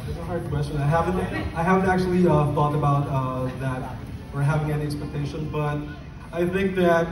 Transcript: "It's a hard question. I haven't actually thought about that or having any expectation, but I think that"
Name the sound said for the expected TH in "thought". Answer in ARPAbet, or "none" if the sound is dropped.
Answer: F